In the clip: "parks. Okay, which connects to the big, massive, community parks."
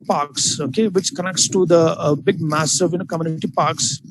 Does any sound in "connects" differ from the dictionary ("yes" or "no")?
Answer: no